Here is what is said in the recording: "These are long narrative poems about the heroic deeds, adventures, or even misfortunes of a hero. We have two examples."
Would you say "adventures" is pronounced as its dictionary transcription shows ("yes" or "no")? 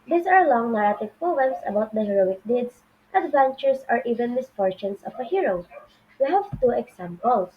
no